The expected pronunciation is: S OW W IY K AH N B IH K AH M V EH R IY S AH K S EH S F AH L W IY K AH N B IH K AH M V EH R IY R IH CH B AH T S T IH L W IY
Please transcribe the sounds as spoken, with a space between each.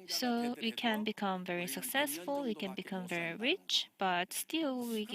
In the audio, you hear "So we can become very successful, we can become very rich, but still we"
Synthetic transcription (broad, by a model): S OW W IY K AH N B IH K AH M V EH R IY S AH K S EH S F AH L W IY K AH N B IH K AH M V EH R IY R IH CH B AH T S T IH L W IY